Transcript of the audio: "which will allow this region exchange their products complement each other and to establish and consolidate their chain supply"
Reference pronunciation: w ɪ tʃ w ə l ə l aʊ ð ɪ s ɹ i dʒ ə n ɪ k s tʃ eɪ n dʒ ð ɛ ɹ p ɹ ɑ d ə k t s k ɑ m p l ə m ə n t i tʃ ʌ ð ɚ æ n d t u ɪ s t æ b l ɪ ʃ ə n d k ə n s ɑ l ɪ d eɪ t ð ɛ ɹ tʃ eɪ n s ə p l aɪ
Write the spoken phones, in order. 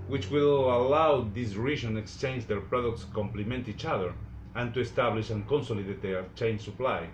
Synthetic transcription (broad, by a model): w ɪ tʃ w ə l ə l aʊ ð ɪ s ɹ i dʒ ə n ɪ k s tʃ eɪ n dʒ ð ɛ ɹ p ɹ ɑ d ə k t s k ɑ m p l ə m ə n t i tʃ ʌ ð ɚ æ n t u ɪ s t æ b l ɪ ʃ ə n k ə n s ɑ l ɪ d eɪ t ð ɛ tʃ eɪ n s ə p l aɪ